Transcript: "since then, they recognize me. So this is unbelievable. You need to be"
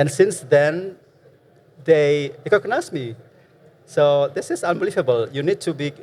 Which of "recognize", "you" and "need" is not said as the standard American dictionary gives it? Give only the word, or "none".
recognize